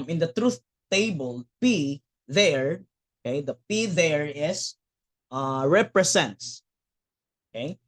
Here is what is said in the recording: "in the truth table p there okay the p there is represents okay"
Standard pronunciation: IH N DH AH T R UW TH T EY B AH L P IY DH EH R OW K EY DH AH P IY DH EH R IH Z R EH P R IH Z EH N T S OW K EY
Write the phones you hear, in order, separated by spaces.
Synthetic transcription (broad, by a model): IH N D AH T R UW TH T EY B AH L P IY DH EH R OW K EY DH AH P IY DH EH R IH S R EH P R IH S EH N T S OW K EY